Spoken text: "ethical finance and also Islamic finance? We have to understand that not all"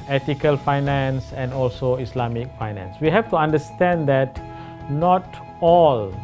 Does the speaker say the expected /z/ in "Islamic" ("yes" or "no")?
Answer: no